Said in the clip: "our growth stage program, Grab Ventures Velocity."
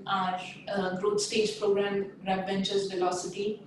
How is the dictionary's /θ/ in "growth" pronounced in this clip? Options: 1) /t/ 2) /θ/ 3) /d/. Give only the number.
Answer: 1